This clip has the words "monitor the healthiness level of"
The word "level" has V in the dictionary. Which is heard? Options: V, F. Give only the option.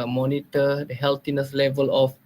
V